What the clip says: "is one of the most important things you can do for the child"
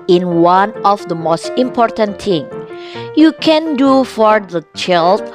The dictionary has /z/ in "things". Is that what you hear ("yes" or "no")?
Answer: no